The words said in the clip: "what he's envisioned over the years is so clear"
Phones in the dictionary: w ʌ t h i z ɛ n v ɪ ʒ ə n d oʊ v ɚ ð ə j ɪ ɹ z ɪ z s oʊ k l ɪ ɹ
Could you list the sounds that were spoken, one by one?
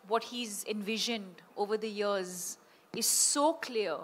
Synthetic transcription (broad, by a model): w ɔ t h i z ɛ n v ɪ ʒ ə n d oʊ v ɚ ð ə j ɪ ɹ z ɪ z s oʊ k l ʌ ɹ